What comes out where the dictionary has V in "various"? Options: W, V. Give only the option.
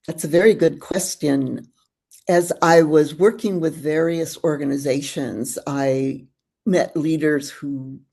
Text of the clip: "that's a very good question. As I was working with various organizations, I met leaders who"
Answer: V